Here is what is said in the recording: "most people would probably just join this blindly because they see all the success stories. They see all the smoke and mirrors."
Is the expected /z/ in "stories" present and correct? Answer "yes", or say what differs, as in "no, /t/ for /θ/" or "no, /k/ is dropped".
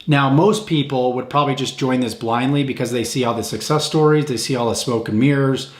yes